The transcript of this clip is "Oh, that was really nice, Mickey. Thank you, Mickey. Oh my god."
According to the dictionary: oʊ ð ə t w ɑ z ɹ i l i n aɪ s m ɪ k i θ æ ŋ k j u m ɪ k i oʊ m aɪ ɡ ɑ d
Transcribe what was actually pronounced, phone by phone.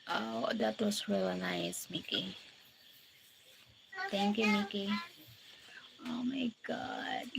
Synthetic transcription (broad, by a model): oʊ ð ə t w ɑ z ɹ i l i n aɪ s m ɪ k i t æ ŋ k j u m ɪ k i oʊ m aɪ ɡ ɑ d